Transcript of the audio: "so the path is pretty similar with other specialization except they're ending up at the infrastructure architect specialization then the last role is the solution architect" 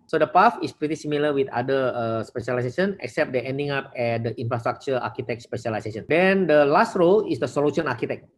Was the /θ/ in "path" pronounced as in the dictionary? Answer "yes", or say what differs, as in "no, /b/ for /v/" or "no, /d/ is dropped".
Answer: no, /f/ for /θ/